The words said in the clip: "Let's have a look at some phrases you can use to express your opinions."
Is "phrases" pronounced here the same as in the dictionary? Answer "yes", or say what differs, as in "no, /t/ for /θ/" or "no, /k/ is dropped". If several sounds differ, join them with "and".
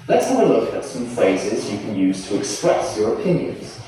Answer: yes